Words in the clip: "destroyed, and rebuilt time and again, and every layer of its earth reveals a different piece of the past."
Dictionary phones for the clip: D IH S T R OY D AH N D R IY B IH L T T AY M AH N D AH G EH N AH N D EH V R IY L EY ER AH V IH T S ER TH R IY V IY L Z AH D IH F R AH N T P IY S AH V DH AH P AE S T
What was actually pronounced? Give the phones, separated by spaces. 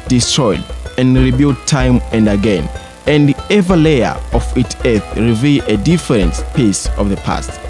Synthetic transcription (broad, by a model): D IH S T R OY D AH N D R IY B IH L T T AY M AH N D AH G EH N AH N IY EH V R L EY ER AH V IH T S ER TH R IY V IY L AH D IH F R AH N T P IY S AH V DH AH P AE S T